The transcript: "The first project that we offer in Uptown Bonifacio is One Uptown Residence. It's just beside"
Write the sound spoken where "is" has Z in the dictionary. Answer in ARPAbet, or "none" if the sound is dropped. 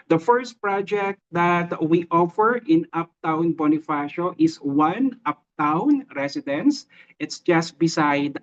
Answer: S